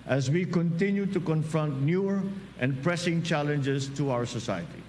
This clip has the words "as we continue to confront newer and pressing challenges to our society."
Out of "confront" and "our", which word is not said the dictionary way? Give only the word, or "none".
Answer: none